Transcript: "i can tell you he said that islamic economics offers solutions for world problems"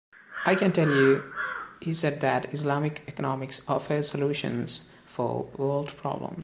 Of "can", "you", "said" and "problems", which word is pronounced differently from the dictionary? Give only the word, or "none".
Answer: problems